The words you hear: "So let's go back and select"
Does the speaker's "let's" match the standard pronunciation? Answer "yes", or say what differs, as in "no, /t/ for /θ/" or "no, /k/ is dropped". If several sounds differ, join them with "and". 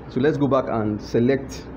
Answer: yes